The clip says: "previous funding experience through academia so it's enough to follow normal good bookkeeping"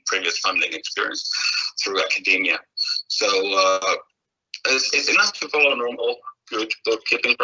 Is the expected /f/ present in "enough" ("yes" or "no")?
no